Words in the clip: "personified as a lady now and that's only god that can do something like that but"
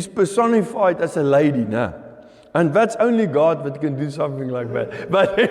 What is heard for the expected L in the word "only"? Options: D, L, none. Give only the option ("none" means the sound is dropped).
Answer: L